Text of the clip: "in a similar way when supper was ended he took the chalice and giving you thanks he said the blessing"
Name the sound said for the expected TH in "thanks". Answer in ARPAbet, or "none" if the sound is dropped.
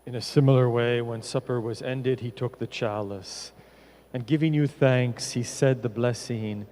TH